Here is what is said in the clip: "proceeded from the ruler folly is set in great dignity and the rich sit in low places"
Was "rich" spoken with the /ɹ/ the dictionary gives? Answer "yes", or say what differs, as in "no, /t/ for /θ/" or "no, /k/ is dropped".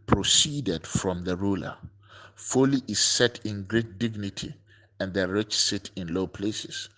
yes